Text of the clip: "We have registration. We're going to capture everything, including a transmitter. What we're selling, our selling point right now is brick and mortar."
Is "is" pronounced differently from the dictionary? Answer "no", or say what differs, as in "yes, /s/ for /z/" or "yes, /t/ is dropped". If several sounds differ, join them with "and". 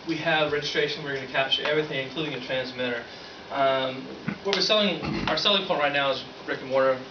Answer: no